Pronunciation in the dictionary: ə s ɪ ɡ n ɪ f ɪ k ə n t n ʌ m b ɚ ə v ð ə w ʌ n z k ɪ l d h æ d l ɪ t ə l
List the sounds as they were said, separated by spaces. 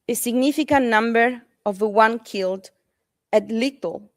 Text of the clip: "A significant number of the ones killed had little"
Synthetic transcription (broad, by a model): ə s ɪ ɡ n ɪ f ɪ k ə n n ʌ m b ɚ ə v ð ə w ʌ n k ɪ l d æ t l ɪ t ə l